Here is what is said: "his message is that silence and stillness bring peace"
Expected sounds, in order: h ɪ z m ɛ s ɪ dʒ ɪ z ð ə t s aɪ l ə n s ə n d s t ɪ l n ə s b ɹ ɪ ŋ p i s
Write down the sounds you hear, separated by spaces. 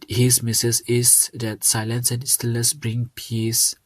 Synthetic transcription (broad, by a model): h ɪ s m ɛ s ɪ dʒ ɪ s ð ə t s aɪ l ə n s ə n s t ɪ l ə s b ɹ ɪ ŋ p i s